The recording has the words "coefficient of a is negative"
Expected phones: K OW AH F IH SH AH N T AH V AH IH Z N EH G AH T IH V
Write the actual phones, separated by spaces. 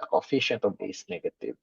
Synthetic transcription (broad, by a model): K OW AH F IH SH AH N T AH B AH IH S N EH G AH T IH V